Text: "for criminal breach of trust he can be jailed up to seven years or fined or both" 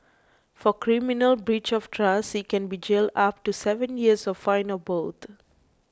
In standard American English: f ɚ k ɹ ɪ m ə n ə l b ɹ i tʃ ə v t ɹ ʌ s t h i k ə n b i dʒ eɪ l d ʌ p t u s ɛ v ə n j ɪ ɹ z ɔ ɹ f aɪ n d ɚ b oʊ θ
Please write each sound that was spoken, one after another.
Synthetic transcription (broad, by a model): f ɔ k ɹ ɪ m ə n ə l b ɹ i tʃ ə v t ɹ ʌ s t k ə n b i dʒ eɪ l d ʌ p t u s ɛ v ə n j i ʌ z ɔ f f aɪ n ɚ b oʊ t